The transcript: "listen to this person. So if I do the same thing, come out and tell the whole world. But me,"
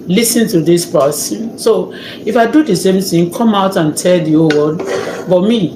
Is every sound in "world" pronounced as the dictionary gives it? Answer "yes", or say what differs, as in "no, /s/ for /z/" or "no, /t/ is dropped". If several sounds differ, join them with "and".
no, /l/ is dropped